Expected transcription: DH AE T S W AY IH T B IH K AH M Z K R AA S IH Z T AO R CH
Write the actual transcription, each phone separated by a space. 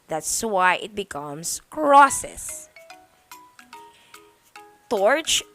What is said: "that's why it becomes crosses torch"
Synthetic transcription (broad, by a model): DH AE T S W AY IH T B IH K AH M S K R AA S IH S T AO R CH